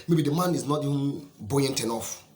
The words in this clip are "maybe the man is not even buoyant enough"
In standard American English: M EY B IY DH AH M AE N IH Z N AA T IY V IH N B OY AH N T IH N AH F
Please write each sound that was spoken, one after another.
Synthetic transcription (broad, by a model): M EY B IY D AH M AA N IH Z N AA T IY V IH N B OY AH N T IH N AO F